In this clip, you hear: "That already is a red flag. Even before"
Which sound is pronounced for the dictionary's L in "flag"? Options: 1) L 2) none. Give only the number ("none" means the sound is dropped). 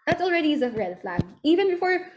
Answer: 1